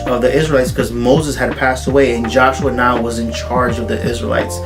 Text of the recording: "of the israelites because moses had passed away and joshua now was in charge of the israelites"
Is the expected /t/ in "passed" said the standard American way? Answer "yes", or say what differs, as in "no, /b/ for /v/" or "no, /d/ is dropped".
yes